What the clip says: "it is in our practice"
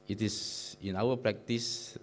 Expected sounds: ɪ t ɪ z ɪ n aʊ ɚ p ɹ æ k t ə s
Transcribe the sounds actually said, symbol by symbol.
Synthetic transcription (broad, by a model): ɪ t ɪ s ɪ n aʊ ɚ p ɹ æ k t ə s